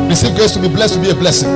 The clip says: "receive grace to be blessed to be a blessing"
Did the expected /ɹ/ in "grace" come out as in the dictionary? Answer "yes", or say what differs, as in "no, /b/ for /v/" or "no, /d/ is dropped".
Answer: no, /ɹ/ is dropped